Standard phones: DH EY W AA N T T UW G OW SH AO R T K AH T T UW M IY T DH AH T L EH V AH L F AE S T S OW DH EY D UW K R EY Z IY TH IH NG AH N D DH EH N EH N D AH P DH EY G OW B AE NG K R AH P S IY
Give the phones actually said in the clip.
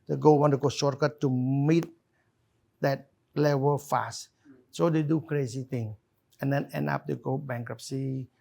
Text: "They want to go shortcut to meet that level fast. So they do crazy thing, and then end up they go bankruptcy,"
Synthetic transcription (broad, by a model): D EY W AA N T T UW G OW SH AO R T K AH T T UW M IY T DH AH T L EH V AH L F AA S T S OW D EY D UW K R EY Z IY T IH NG AH N D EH N EH N D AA P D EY G OW B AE NG K R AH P S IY